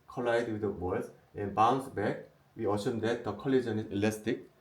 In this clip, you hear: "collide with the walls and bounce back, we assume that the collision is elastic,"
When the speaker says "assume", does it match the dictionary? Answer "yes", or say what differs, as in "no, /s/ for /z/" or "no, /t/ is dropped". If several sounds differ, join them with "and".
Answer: no, /ʃ/ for /s/